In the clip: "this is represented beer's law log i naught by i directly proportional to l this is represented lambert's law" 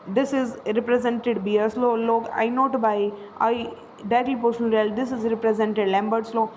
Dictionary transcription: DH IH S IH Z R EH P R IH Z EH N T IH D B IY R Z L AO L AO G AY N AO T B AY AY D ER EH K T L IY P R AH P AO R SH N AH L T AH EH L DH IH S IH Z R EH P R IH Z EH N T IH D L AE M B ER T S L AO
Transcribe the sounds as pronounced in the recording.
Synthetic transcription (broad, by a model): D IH S IH Z R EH P R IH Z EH N T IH D B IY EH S L AO L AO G AY N AO T B AY AY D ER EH T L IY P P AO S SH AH N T EH L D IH S IH Z R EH P R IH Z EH N T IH D L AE M B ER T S L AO